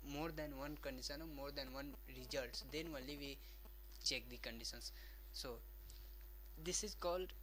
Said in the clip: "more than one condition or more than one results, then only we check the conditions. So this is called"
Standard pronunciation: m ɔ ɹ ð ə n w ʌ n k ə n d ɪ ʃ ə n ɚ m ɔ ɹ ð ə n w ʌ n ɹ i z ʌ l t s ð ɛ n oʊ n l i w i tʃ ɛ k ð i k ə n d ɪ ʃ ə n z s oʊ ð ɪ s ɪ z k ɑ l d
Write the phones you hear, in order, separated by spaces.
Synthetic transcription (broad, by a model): m ɔ ɹ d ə n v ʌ n k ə n d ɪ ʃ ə n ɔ m ɔ ɹ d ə n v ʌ n ɹ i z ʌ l t s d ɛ n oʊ l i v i tʃ ɛ k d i k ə n d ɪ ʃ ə n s s oʊ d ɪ s ɪ z k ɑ l d